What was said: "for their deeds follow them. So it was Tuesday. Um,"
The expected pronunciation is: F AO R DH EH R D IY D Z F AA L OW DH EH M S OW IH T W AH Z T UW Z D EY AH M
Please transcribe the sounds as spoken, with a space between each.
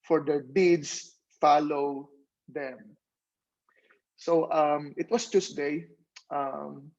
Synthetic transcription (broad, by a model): F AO R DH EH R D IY D S F AA L OW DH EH M S OW IH T W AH S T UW S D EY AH M